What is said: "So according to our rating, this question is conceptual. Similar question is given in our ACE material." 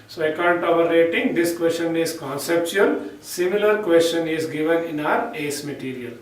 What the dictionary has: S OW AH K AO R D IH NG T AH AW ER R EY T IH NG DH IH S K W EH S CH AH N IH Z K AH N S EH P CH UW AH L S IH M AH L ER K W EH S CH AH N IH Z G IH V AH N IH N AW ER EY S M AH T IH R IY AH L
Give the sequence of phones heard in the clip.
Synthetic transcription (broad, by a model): S OW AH IH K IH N T AH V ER R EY T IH NG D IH S K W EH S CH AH N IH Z K AH N S EH P CH UW AH L S IH M AH L ER K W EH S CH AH N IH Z G IH V AH N IH N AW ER EY S M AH T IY R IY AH L